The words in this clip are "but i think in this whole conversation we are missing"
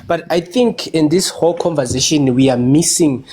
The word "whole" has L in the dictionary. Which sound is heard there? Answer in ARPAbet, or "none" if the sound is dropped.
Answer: L